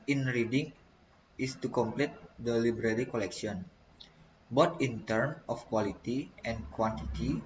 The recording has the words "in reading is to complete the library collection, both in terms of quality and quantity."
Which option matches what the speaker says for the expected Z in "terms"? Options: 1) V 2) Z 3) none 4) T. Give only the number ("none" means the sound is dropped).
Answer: 3